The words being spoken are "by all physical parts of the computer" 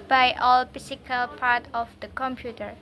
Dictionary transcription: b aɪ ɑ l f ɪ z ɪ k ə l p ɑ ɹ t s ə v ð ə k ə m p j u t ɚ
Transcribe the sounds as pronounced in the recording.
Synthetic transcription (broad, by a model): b aɪ ɑ l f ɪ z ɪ k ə l p ɑ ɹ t ə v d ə k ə m p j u t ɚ